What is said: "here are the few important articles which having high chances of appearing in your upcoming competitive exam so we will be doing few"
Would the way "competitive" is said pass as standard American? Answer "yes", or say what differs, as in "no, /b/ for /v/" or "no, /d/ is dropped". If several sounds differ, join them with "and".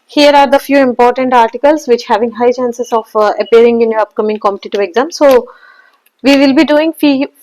no, /p/ is dropped